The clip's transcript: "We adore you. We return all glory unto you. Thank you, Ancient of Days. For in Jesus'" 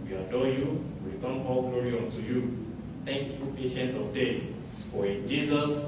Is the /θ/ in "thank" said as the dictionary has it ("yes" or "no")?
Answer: no